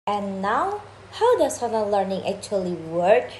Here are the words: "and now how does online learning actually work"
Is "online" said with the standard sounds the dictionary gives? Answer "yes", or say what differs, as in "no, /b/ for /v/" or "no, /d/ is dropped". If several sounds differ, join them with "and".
no, /l/ is dropped